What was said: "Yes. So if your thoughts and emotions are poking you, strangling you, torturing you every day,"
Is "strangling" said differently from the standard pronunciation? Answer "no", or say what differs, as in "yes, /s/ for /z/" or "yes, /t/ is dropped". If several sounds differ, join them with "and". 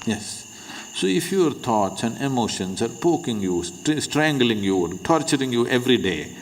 no